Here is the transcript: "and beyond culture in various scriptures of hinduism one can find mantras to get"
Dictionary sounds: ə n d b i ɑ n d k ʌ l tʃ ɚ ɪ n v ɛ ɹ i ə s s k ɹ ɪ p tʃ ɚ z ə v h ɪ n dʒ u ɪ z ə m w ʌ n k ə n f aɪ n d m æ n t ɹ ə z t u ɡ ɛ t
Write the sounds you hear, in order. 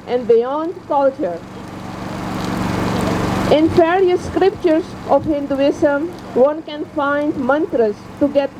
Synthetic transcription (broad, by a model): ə n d b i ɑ n d k ʌ l tʃ ɚ ɪ n f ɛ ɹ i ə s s k ɹ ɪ p tʃ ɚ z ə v h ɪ n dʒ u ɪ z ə m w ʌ n k ə n f aɪ n d m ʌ n t ɹ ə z t u ɡ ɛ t